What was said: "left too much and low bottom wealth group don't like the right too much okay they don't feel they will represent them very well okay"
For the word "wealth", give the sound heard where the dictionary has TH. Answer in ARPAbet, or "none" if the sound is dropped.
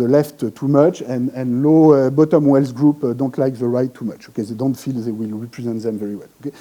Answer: S